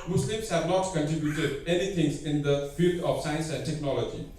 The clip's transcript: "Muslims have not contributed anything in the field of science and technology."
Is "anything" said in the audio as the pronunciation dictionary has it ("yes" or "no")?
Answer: no